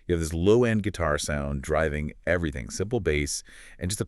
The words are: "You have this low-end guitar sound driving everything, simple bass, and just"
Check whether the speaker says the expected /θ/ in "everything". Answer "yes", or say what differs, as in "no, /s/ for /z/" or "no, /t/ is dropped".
yes